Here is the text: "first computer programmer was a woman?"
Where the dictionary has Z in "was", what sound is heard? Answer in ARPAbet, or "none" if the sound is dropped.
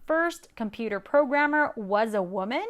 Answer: Z